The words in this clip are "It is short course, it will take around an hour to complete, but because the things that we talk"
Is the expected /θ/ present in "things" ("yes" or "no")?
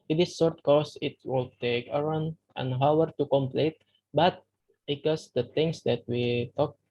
no